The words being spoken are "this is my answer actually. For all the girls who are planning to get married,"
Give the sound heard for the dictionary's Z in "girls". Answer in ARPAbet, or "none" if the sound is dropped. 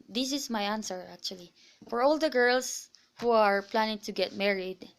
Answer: S